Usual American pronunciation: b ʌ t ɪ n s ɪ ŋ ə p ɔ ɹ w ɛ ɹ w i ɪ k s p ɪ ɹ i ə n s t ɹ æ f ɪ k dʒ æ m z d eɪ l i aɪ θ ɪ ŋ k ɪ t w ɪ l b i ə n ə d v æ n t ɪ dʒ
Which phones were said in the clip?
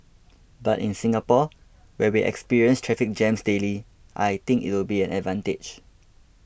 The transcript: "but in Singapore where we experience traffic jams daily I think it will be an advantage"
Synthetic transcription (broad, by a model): b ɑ t ɪ n s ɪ ŋ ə p ɔ w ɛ w i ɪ k s p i ɹ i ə n s t ɹ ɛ f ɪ k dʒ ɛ m s d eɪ l i aɪ t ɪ ŋ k ɪ t w ɪ l b i ə n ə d v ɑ n t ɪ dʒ